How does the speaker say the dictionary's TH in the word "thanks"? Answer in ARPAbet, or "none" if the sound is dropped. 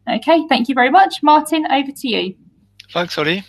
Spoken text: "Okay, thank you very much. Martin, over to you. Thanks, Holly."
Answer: F